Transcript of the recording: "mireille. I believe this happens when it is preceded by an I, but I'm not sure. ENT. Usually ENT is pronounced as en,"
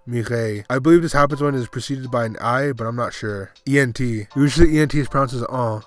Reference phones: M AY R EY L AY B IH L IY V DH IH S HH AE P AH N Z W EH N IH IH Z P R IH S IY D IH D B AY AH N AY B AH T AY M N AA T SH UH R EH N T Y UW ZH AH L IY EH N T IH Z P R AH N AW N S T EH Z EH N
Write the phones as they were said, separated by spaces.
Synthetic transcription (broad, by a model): M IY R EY AY B IH L IY V DH IH S HH AE P AH N Z W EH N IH IH Z P R IH S IY D IH D B AY AH N AY B AH T AY M N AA T SH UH R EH N T Y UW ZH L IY EH N T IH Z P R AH UH N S IH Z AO